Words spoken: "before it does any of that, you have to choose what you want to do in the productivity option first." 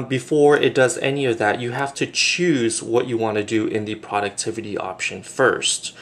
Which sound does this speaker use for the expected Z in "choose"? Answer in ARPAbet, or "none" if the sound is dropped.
Z